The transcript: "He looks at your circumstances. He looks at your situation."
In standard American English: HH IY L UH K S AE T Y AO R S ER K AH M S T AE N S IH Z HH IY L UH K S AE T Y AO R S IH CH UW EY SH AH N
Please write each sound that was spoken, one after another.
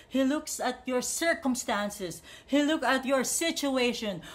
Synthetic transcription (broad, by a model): HH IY L UH K S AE T Y AO R S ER K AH M S T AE N S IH S HH IY L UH K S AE T Y AO R S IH CH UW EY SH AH N